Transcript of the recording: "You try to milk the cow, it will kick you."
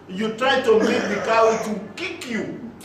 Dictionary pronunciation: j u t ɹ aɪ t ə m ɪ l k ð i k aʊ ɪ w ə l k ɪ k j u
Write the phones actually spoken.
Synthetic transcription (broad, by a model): j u t ɹ aɪ t ə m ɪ k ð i k aʊ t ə k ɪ k j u